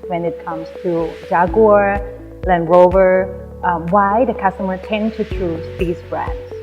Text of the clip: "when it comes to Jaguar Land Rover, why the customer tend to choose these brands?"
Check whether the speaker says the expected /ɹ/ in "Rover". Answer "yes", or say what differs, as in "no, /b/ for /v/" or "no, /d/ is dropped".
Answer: yes